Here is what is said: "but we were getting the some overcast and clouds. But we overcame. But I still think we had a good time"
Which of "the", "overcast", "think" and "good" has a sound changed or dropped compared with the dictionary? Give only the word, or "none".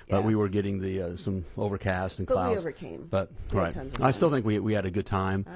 none